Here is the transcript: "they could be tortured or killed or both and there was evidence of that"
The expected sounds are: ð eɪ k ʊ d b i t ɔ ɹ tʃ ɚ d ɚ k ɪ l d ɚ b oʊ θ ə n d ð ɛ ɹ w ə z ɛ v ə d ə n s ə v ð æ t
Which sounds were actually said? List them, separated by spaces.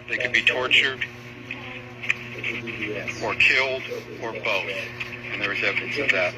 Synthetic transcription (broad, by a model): ð eɪ k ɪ d b i t ɔ ɹ tʃ ɚ d ɚ k ɪ l d ɚ b oʊ θ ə n ð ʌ ɹ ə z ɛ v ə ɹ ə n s ə v ð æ t